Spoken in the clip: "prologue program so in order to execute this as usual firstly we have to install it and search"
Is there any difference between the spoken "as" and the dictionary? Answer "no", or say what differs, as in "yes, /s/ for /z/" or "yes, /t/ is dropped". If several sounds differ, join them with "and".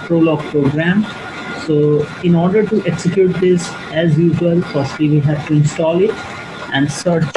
no